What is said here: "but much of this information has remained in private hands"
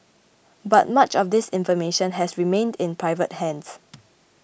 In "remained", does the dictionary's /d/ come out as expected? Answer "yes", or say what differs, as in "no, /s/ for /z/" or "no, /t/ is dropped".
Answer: yes